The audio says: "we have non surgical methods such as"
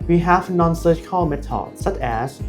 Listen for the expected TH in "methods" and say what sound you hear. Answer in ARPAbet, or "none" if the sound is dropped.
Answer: T